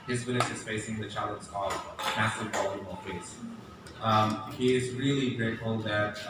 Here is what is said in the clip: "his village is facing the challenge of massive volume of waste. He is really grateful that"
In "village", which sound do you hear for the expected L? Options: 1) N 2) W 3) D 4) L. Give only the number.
1